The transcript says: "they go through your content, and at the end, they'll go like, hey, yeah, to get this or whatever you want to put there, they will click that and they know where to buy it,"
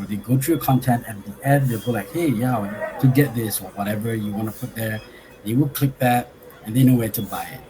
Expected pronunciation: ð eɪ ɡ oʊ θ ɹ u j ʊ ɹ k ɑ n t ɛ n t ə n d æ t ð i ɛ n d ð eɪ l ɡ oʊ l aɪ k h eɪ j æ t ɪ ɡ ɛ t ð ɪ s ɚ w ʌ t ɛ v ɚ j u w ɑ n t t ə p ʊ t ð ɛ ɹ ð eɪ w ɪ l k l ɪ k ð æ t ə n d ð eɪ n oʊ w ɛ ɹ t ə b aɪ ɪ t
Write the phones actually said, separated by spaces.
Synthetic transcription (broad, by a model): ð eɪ ɡ oʊ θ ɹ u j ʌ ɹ k ɑ n t ɛ n t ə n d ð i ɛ d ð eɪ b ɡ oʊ l aɪ k h eɪ j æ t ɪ ɡ ɛ t ð ɪ s ɚ w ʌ t ɛ v ɚ j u w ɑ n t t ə p ʊ t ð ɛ ɹ ð eɪ w ɪ l k l ɪ k ð æ t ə n ð eɪ n oʊ w ɛ ɹ t ə b aɪ ɪ t